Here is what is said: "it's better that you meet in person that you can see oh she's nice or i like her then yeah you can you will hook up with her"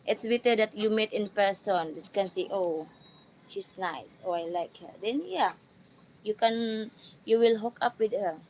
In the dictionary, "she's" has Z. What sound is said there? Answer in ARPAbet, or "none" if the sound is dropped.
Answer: S